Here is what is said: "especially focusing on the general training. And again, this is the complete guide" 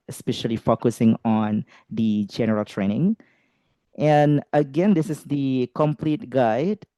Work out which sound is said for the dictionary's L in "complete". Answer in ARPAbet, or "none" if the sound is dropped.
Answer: L